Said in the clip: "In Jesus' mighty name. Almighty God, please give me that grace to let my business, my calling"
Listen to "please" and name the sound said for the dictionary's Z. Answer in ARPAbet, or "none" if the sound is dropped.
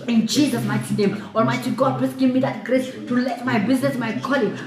S